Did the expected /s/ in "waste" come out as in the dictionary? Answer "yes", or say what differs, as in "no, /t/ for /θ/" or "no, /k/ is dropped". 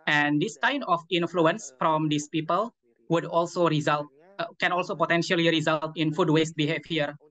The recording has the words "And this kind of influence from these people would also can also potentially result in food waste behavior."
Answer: yes